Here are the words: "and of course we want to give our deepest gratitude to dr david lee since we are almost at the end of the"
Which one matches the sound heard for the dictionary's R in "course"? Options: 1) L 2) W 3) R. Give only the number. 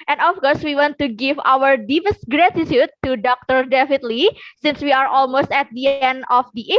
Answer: 3